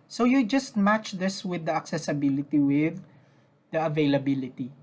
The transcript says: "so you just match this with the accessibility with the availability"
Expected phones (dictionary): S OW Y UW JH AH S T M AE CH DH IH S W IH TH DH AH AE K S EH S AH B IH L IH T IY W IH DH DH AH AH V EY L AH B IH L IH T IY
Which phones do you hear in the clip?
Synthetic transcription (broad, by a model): S OW Y UW JH AH S T M AE CH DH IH S W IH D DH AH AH K S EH S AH B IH L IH T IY W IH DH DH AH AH V EY L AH B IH L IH T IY